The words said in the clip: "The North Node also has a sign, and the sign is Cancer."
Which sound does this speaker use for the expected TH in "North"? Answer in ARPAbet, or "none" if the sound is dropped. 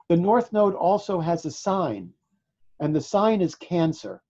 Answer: TH